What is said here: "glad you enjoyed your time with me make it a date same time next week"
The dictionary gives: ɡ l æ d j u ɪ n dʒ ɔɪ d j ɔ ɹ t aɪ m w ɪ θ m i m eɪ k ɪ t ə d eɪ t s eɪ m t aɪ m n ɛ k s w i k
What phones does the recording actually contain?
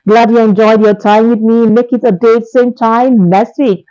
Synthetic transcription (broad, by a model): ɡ l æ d j u ɪ n dʒ ɔɪ d j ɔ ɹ t aɪ m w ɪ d m i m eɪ k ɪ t ə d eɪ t s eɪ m t aɪ m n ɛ s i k